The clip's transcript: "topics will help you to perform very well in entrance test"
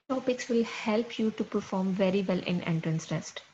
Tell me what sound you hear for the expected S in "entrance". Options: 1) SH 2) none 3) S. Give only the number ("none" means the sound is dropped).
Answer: 3